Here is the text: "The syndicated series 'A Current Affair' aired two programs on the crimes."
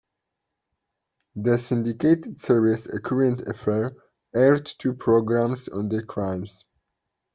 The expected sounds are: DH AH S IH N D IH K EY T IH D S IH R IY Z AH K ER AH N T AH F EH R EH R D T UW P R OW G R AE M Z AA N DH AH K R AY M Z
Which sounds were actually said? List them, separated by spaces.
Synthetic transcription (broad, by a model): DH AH S IH N D IH K EY T IH D S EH R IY S AH K ER AH N T AH F EH R EH R D T UW P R OW G R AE M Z AA N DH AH K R AY M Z